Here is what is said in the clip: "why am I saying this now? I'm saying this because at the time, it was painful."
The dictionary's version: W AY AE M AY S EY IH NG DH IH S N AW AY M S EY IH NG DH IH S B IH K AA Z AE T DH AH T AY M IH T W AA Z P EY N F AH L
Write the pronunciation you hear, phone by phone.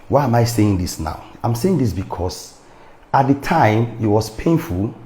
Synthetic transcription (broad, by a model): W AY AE M AY S EY IH NG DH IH S N AW AY M S EY IH NG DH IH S B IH K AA S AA T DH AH T AY M IH T W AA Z P EY N F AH L